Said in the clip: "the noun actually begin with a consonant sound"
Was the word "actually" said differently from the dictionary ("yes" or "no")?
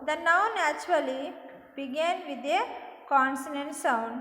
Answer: yes